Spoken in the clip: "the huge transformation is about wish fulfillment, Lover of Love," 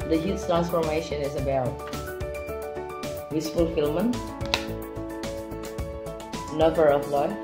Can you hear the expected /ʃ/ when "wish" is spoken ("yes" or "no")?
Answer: no